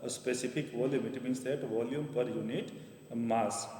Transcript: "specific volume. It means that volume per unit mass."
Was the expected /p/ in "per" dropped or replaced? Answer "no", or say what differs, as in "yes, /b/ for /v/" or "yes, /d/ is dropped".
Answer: no